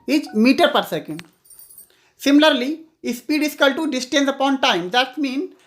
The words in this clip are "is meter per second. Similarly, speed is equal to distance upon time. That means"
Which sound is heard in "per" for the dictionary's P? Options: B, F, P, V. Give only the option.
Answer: P